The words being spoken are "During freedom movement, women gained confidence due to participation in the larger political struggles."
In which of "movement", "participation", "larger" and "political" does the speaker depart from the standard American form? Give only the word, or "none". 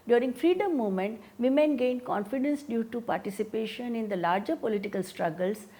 movement